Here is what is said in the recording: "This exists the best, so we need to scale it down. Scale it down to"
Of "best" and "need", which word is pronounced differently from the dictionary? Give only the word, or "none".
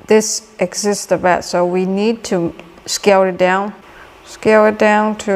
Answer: best